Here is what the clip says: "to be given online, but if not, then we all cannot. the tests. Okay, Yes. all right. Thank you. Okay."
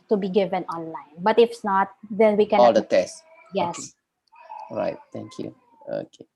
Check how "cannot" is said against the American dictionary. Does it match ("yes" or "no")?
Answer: no